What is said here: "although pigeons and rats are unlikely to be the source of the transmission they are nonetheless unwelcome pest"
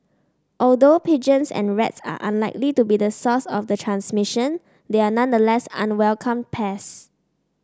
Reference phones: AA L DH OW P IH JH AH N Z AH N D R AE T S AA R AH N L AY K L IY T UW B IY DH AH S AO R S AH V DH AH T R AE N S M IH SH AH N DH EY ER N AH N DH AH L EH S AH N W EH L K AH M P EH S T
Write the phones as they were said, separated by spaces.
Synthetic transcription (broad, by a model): AA L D OW P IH JH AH N S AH N R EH T S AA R AH N L AY K L IY T UW B IY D AH S AO S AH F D AH T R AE N S M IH SH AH N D EY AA N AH N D AH L EH S AH N W EH L K AH M P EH S